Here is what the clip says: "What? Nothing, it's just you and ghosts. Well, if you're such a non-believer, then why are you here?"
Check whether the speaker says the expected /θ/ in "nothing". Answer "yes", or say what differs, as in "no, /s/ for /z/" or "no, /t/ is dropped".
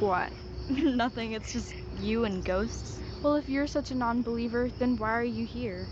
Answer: yes